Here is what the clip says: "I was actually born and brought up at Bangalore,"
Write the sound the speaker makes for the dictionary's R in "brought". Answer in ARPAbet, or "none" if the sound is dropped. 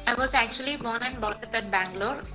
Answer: none